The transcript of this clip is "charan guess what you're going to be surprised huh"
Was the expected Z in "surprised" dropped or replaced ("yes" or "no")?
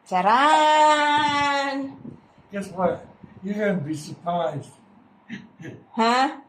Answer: no